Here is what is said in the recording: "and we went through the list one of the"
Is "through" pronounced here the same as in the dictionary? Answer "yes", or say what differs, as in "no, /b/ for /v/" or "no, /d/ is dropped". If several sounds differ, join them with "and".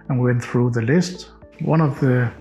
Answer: yes